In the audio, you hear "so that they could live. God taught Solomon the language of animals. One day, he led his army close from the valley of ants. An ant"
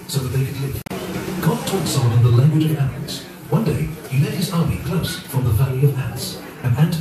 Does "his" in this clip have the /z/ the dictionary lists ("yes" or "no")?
yes